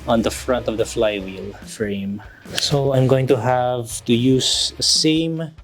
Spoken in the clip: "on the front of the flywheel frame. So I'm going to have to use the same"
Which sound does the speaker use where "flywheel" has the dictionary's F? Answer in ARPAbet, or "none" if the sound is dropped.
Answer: F